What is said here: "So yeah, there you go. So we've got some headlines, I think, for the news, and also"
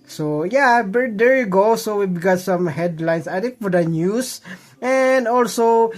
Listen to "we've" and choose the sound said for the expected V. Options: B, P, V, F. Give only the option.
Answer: B